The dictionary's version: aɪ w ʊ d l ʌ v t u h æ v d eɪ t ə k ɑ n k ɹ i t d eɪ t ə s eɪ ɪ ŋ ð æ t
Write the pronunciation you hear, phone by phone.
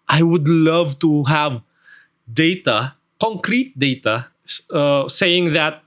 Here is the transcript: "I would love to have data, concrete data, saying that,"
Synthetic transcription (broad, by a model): aɪ w ʊ d l ʌ v t u h æ v d eɪ t ə k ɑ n k ɹ i t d eɪ t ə s eɪ ɪ ŋ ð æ t